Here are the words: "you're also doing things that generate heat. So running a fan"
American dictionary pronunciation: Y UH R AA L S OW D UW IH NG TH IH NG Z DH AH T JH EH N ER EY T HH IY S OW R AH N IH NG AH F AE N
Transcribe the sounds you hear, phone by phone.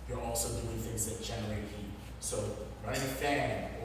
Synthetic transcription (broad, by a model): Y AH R AA L S OW D UW IH NG TH IH NG Z DH AH T JH EH N ER EY T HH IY S OW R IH AH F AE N